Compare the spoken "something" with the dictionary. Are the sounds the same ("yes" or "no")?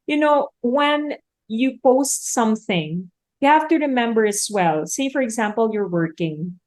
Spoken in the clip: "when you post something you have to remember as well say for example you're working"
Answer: yes